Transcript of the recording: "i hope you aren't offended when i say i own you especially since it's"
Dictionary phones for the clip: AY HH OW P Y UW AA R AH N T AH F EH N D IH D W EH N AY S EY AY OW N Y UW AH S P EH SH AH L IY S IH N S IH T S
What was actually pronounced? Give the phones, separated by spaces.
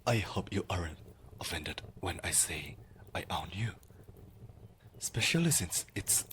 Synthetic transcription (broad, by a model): AY HH OW P Y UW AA R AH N AH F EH N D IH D W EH N AY S EY AY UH N Y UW AH S P EH SH AH L IY S IH N S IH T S